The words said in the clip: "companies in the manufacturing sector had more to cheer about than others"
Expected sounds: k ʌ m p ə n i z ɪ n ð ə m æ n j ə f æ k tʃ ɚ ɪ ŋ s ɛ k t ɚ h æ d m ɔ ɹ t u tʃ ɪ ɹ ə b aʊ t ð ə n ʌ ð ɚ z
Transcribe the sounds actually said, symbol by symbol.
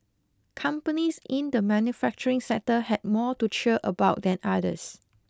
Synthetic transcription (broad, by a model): k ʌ m p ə n i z ɪ n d ə m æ n j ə f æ k tʃ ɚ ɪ ŋ s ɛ t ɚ h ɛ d m ɔ t u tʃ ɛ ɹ ə b aʊ t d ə n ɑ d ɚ s